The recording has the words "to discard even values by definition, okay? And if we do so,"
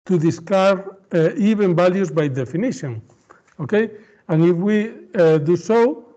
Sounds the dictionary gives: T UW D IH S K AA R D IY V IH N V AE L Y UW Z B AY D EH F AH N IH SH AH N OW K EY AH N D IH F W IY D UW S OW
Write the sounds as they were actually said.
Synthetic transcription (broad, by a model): T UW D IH S K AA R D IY B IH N B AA L Y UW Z B AY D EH F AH N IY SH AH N OW K EY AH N IH F W IY D UW S OW